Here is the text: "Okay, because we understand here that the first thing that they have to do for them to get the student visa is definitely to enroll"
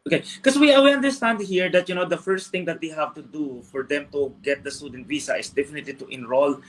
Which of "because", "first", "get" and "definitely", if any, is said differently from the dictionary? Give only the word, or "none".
because